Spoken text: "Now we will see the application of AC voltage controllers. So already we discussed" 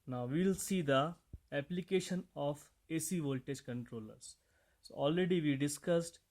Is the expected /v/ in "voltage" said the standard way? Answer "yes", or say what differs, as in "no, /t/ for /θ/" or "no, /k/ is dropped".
yes